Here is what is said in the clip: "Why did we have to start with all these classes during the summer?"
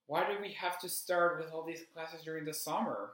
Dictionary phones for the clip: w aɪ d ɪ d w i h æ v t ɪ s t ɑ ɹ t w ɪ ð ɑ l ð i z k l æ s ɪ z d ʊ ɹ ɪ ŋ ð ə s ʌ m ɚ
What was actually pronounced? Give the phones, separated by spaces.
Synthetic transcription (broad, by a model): w aɪ d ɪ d w i h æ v t ɪ s t ɑ ɹ t w ɪ ð ɑ l ð i z k l æ s ɪ z d ʊ ɹ ɪ ŋ ð ə s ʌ m ɚ